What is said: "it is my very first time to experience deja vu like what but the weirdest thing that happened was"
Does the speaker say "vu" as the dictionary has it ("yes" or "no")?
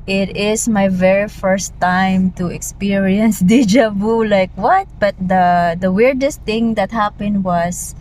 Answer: no